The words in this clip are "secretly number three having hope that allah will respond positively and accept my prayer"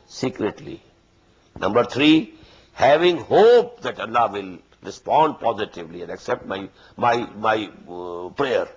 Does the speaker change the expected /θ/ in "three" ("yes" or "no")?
yes